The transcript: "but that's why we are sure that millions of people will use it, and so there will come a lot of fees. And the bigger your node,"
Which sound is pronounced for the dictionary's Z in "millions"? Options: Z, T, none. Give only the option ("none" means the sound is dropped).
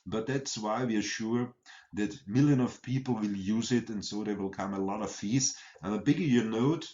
none